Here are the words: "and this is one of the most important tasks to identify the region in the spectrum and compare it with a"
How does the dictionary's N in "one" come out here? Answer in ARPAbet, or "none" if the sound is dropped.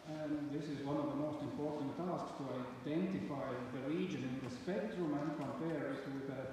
N